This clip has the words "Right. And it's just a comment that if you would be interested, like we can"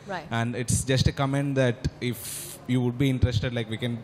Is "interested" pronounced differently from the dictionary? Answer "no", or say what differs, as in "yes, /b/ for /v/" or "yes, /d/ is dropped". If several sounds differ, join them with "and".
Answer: no